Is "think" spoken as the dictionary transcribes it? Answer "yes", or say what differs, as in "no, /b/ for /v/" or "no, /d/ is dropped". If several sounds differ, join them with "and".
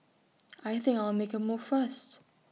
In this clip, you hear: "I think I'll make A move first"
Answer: yes